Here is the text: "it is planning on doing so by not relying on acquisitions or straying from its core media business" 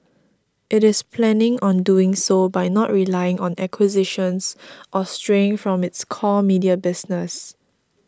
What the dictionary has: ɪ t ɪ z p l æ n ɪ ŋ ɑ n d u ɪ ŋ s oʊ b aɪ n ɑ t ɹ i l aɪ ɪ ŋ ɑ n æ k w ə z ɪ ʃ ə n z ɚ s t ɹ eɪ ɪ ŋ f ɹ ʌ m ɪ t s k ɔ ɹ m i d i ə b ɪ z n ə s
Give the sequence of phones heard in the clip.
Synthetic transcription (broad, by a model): ɪ t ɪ s p l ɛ n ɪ ŋ ɑ n d u ɪ ŋ s oʊ b aɪ n ɑ t ɹ i l aɪ ɪ ŋ ɑ n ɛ k w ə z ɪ ʃ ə n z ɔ s t ɹ eɪ ɪ ŋ f ɹ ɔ m ɪ t s k ɔ m i d i ə b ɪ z n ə s